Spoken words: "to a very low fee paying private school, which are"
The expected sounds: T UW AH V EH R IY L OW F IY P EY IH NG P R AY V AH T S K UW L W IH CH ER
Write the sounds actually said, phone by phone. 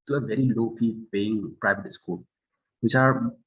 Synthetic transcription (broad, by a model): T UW AH V EH R IY L OW P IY P EY IH NG P R AY V AH T S K UW L W IH CH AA